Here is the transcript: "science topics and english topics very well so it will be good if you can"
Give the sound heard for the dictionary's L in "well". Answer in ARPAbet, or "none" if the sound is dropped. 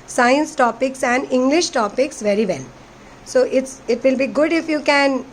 N